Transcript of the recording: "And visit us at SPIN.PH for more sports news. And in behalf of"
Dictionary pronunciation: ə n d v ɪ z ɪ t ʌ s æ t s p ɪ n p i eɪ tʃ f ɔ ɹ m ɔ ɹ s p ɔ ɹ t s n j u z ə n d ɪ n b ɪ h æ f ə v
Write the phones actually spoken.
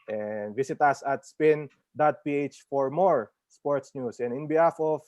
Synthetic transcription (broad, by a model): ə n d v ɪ s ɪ t ʌ s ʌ t s p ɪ n p i eɪ tʃ f ɔ ɹ m ɔ ɹ s p ɔ ɹ t s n j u s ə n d ɪ n b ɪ h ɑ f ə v